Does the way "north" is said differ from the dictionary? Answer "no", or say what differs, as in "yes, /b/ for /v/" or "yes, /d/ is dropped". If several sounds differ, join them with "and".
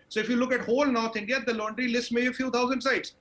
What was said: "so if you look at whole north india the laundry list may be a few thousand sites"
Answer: yes, /t/ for /θ/